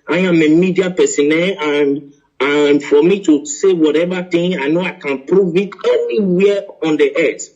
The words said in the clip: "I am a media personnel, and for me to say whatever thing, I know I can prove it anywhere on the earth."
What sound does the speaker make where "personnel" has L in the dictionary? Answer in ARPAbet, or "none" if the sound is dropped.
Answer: N